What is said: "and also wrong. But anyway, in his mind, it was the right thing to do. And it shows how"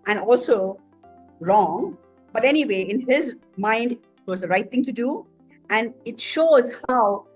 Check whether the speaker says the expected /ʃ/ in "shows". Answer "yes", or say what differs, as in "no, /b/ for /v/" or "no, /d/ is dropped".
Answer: yes